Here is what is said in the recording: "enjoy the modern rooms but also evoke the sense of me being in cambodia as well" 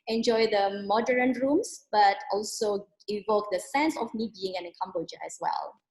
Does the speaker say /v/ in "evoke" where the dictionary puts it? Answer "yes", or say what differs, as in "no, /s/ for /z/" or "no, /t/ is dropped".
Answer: yes